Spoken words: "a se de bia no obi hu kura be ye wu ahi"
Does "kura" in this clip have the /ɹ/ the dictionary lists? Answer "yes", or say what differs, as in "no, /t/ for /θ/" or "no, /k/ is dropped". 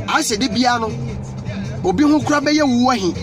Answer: yes